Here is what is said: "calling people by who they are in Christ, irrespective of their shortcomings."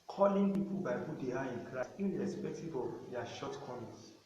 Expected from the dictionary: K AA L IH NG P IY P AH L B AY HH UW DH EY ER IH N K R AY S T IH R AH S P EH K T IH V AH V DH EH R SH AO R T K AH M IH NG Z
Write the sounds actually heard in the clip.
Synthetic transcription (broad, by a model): K AA L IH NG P IY P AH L B AY HH UW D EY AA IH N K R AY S IH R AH S P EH K T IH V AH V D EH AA SH AO T K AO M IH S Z